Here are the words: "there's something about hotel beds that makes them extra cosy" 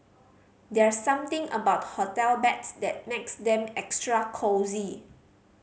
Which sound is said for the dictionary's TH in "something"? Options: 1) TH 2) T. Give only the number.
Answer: 2